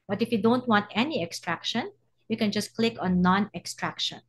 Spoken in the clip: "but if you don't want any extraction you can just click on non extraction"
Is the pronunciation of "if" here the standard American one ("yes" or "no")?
yes